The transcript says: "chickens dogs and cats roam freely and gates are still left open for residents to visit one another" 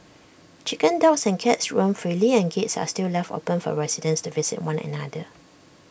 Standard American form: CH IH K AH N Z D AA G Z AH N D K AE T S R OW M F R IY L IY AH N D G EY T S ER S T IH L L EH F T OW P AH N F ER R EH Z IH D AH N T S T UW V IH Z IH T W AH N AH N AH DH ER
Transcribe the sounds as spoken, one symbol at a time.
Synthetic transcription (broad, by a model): CH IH K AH N D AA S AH N K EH T S R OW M F R IY L IY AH N G EY T S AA S T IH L L EH F T OW P AH N F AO R EH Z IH D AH N S T UW V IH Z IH T W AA N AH N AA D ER